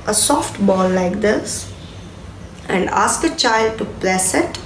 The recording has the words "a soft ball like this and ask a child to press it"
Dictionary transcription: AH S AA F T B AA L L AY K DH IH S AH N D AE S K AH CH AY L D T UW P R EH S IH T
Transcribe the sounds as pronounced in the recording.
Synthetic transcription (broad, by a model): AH S AA F T B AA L L AY K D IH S AH N D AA S K AH CH AY L D T UW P L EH S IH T